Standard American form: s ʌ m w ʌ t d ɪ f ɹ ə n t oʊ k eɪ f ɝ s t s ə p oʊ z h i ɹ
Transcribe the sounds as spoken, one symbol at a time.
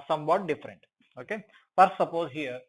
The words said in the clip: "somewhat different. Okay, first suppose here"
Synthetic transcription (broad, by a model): s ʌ m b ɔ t d ɪ f ɹ ə n t oʊ k eɪ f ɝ t s ə p oʊ z h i ɹ